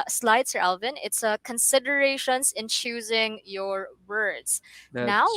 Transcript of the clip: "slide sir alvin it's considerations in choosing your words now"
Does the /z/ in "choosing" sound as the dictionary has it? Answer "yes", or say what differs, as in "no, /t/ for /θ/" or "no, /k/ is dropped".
yes